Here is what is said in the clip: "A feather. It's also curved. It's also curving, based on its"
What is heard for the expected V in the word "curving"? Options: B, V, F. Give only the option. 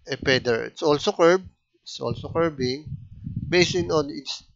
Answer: B